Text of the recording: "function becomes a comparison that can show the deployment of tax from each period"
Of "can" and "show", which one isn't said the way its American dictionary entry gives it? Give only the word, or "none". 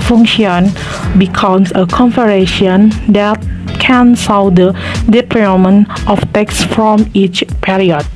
show